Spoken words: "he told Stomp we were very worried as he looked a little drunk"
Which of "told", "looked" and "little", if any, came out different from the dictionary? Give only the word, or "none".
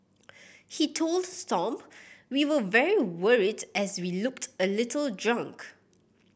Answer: none